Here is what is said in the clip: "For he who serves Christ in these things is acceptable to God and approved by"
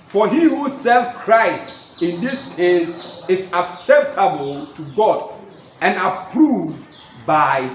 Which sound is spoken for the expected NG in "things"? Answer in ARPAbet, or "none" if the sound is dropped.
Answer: none